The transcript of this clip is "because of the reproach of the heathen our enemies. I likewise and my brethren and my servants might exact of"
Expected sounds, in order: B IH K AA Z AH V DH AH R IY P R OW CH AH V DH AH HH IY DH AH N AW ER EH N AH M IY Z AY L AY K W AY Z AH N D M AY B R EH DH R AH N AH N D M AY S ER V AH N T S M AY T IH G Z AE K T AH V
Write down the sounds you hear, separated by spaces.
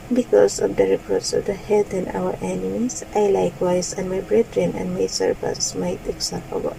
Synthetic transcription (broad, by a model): B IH K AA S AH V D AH R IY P R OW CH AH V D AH HH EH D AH N AW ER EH N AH M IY S AY L AY K W AY S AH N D M AY B R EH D R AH N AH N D M AY S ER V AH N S M AY T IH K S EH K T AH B